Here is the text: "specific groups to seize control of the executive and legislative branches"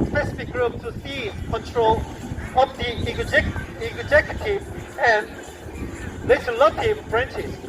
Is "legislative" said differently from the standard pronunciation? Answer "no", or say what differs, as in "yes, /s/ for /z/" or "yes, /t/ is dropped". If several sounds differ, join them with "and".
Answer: yes, /s/ is dropped